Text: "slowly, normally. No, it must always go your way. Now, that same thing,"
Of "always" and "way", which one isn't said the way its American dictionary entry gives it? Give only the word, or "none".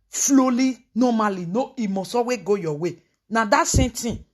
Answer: always